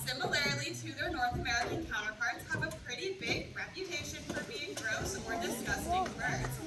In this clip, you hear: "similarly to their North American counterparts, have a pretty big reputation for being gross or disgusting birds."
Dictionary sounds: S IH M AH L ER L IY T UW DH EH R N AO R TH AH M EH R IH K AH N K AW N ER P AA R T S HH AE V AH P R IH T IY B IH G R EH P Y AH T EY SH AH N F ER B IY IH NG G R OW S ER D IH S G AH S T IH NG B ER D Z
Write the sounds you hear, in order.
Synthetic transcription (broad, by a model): S IH M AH L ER L IY T UW DH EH R N AO R TH AH M EH R IH K AH N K AW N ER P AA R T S HH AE V AH P R IH T IY B IH G R EH P Y AH T EY SH AH N F ER B IY IH NG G R OW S ER D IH S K AH S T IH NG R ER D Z